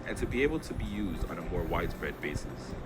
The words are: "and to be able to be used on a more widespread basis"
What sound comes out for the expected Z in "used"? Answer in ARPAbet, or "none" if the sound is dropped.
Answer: Z